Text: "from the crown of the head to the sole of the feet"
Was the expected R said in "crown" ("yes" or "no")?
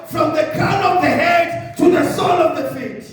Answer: no